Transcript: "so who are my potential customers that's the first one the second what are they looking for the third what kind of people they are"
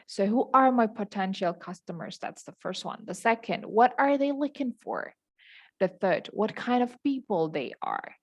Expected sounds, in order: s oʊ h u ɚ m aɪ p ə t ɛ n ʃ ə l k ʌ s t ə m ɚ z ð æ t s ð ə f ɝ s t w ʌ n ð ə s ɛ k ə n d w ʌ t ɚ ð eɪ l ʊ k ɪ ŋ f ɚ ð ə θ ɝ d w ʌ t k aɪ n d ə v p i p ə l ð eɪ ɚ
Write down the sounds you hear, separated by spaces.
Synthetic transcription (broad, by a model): s oʊ h u ɚ m aɪ p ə t ɛ n ʃ l k ʌ s t ə m ɚ z ð æ t s ð ə f ɝ s t w ʌ n ð ə s ɛ k ə n d w ʌ t ɚ ð eɪ l ʊ k ɪ ŋ f ɚ ð ə θ ɝ d w ʌ t k aɪ n d ə v p i p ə l ð eɪ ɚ